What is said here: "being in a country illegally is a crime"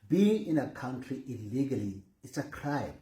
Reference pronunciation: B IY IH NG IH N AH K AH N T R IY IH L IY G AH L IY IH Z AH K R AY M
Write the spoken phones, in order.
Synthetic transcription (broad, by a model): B IY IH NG IH N AH K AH N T R IY IH L IY G AH L IY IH S AH K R AY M